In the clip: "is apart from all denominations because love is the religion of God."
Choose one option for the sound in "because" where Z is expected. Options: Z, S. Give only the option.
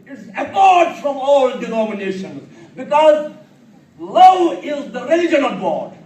Z